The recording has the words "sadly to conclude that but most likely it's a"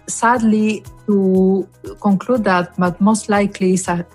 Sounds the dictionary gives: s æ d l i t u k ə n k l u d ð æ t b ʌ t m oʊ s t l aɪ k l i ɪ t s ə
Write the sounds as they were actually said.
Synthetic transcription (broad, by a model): s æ d l i t u k ə n k l u d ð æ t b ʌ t m oʊ s t l aɪ k l i s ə